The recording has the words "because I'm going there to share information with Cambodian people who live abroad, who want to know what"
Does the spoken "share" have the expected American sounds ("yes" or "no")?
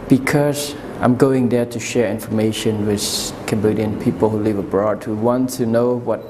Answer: yes